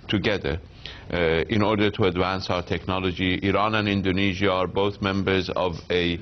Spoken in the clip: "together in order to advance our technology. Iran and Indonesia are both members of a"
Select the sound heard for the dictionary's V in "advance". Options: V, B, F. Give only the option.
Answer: V